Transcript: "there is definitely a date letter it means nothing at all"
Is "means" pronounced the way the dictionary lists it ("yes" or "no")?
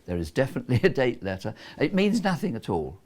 yes